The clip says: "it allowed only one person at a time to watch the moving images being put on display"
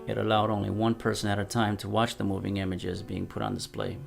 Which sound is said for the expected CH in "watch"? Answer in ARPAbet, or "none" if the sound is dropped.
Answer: CH